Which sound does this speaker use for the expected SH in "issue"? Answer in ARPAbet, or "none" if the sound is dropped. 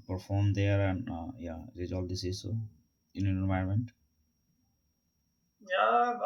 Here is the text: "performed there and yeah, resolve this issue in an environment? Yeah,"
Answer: S